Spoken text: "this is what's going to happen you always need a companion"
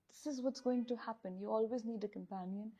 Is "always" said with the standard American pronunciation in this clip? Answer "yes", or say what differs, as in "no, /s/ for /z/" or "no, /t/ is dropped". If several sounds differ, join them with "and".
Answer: yes